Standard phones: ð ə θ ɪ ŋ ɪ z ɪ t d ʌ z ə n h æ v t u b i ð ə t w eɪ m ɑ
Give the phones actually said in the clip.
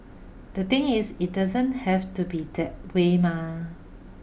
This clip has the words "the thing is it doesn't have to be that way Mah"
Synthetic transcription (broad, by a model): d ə t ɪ ŋ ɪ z ɪ t d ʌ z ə n h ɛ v t u b i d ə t w eɪ m ɑ